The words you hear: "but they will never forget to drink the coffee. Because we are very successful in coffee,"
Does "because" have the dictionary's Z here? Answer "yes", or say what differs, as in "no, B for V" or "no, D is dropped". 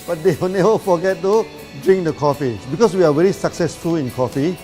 no, S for Z